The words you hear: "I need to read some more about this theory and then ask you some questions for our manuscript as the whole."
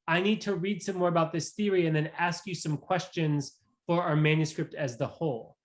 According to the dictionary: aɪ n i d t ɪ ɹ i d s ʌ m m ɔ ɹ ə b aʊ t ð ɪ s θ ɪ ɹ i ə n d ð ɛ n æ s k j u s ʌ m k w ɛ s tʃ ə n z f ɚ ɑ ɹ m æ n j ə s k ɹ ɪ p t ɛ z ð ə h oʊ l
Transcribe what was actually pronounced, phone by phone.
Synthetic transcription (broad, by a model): aɪ n i d t ɪ ɹ i d s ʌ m m ɔ ɹ ə b aʊ t ð ɪ s θ ɪ ɹ i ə n ð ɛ n æ s k j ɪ s ʌ m k w ɛ s tʃ ə n z f ɚ ɑ ɹ m æ n j ə s k ɹ ɪ p t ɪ z ð ə h oʊ l